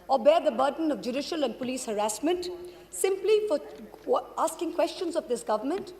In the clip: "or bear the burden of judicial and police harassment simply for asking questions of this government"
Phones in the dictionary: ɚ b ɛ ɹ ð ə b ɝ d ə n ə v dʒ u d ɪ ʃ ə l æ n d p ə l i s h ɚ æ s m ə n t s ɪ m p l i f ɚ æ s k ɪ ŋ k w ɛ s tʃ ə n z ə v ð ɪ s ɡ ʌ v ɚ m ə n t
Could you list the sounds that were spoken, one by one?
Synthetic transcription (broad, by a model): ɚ b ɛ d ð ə b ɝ d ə n ə v dʒ u d ɪ ʃ ə l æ n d p ə l i s h ɚ æ s m ə n t s ɪ m p l i f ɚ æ s k ɪ ŋ k w ɛ s tʃ ə n z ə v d ɪ s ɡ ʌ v ɚ m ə n t